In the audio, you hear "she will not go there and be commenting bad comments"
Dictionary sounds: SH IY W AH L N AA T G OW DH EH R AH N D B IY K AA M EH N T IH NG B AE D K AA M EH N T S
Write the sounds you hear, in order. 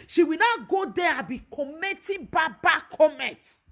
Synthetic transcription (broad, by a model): SH IY W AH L N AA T G OW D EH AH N B IY K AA M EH T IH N B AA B K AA M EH N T